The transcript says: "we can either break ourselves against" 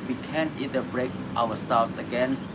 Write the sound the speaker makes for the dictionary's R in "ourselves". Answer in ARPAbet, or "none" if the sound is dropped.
W